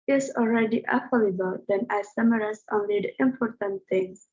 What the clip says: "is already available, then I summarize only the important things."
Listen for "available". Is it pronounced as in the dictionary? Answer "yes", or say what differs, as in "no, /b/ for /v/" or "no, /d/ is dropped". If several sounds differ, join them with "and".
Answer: no, /f/ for /v/